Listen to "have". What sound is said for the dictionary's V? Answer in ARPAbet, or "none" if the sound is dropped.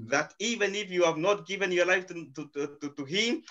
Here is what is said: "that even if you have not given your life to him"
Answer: V